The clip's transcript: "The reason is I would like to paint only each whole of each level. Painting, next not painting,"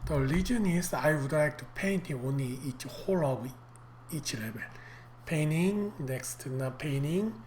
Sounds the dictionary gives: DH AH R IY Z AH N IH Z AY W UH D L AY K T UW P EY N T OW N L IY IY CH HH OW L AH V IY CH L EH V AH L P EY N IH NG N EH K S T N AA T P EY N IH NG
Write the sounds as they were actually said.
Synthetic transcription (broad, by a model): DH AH L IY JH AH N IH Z AY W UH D L AY K T UW P EY N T OW N L IY IY CH HH OW L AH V IY CH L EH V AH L P EY N IH NG N EH K S T N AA P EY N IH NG